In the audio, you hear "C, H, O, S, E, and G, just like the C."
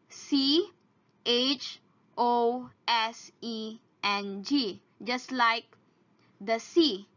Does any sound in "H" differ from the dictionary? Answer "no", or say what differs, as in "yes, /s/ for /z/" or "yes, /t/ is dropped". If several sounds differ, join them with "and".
no